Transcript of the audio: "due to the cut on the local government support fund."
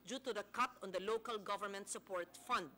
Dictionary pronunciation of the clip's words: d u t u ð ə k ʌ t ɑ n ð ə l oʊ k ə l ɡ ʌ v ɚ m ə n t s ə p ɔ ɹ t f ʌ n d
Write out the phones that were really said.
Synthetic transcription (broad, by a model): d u t u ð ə k ʌ t ɑ n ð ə l oʊ k ə l ɡ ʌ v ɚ m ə n t s ə p ɔ ɹ t f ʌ n d